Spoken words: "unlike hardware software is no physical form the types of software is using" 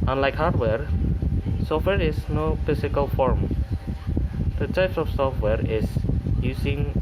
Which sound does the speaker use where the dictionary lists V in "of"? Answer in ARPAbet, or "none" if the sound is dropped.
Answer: F